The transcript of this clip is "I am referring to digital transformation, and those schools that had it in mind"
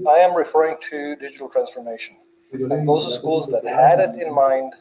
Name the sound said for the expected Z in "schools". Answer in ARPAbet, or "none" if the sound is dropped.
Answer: Z